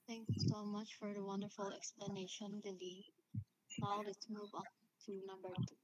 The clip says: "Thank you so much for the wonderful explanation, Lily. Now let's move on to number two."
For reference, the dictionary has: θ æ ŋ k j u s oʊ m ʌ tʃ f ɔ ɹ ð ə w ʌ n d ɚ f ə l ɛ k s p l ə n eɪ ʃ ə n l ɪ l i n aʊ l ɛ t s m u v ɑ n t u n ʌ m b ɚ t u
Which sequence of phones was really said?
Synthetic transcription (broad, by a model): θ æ ŋ k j s oʊ m ʌ tʃ f ɔ ɹ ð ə w ʌ n d ɚ f ə l ɛ k s p l ə n eɪ ʃ ə n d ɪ l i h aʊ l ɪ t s m u v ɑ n t u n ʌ b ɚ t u